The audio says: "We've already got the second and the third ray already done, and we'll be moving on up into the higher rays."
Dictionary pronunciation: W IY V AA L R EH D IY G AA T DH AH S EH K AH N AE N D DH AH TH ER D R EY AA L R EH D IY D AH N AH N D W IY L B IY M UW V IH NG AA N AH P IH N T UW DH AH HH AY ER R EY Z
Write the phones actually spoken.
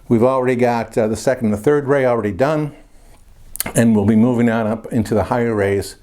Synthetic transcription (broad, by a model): W IY V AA L R EH D IY G AA T DH AH S EH K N N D DH AH TH ER D R EY AA L R EH D IY D AH N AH N W IY L B IY M UW V IH NG AA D AH P IH N T UW DH AH HH AY ER R EY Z